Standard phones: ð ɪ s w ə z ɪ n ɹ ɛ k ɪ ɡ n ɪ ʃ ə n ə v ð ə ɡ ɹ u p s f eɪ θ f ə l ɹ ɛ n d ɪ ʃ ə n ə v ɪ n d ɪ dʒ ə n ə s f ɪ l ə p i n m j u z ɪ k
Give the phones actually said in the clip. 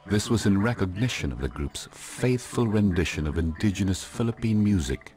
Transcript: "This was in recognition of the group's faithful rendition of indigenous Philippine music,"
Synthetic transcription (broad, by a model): ð ɪ s w ə z ɪ n ɹ ɛ k ɪ ɡ n ɪ ʃ ə n ə v ð ə ɡ ɹ u p s f eɪ θ f ə l ɹ ɛ n d ɪ ʃ ə n ə v ɪ n d ɪ dʒ ə n ə s f ɪ l ə p i n m j u z ɪ k